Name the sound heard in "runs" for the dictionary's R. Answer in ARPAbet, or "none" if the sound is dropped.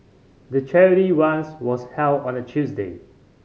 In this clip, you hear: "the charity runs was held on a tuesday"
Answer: W